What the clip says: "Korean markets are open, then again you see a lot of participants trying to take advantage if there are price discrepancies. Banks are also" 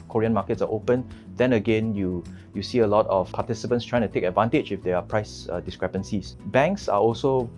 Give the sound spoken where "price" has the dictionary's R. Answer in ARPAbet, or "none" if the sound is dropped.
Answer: R